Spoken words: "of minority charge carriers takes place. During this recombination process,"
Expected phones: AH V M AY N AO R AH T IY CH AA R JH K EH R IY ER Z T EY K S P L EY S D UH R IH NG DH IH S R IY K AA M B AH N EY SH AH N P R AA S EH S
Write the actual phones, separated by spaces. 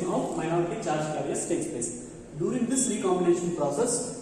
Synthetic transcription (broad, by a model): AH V M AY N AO R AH T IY CH AA R JH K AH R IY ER S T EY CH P EY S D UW R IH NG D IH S R IY K AA M B AH N EY SH AH N P R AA S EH S